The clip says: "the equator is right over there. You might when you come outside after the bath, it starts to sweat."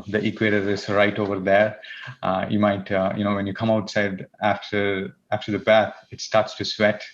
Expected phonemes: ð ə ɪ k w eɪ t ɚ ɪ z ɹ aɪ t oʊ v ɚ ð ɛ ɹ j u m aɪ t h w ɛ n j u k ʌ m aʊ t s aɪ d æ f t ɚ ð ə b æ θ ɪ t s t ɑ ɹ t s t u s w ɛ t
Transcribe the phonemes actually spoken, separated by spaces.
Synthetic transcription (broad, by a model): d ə ɪ k w eɪ t ɚ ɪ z ɹ aɪ t oʊ v ɚ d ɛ ɹ j u m aɪ t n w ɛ n j u k ʌ m aʊ t s aɪ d æ f t ɚ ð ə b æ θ ɪ t s t ɑ ɹ t s t u s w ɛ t